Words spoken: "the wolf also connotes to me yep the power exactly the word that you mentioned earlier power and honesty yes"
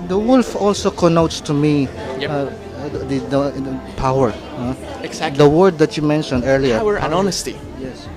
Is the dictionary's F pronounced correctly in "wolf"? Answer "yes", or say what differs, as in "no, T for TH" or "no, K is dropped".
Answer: yes